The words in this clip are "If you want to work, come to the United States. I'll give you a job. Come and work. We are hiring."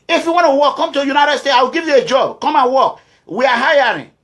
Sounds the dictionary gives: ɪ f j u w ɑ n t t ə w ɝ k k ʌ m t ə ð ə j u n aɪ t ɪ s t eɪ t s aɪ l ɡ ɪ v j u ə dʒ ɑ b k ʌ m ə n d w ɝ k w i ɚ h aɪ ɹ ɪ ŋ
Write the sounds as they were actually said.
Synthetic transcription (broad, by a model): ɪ f j u w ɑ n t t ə w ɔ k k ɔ m t ə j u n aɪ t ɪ s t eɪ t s aɪ w ɡ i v j u ə dʒ ɑ b k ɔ m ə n w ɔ k w i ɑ h aɪ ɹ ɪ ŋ